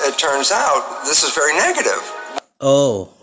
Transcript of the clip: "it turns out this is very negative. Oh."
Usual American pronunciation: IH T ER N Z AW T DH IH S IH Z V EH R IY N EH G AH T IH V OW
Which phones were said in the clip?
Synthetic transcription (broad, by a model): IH T ER N Z AW T DH IH S IH Z V EH R IY N EH G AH T IH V OW